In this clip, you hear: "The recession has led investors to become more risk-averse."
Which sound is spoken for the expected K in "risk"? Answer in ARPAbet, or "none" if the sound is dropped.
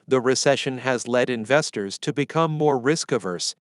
K